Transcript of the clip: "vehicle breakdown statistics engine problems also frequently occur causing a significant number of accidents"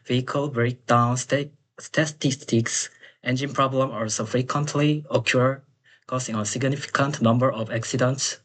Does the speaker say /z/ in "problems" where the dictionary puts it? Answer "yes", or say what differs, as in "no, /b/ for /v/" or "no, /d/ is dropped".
no, /z/ is dropped